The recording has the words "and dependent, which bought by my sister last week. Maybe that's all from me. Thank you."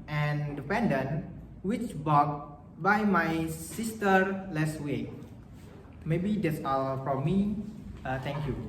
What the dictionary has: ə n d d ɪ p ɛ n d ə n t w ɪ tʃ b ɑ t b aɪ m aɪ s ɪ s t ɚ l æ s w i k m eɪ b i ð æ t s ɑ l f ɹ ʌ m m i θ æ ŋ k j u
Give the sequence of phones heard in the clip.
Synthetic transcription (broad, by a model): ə n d d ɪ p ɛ n d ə n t w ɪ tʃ b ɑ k b aɪ m aɪ s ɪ s t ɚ l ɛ s w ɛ m eɪ b i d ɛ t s ɑ l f ɹ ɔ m m i t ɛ ŋ k j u